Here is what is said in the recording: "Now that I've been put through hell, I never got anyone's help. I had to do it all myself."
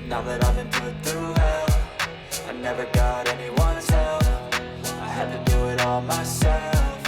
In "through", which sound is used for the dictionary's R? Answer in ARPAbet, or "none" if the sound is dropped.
R